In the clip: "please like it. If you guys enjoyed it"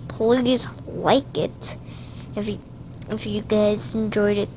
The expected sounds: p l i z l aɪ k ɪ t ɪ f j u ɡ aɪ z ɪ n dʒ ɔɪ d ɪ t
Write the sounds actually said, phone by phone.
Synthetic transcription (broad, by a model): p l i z l aɪ k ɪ t ɪ f j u ɡ aɪ z ɪ n dʒ ɔɪ d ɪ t